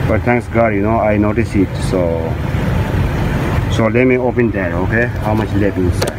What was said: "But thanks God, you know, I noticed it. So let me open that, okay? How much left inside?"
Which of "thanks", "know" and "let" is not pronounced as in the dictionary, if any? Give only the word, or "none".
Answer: thanks